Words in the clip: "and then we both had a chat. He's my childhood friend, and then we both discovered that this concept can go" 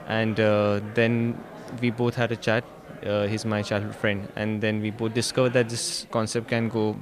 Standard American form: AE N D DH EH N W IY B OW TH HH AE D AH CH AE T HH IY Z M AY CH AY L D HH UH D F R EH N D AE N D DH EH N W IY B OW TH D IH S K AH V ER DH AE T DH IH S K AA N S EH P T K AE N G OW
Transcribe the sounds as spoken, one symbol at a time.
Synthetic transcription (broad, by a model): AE N D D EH N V IY B OW T HH AE D AH CH AE T HH IY Z M AY CH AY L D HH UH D F R EH N D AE N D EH N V IY B OW T D IH S K AH V ER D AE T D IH S K AA N S EH P T K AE N G OW